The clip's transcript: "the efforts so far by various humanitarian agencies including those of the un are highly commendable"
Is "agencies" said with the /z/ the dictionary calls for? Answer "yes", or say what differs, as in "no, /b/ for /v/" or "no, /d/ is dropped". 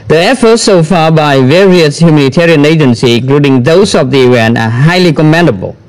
no, /z/ is dropped